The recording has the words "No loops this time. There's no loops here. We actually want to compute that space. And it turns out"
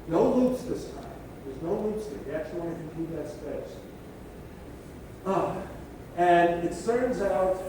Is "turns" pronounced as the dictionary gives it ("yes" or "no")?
no